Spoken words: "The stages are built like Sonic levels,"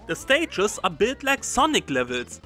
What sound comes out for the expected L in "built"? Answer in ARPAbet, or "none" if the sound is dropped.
none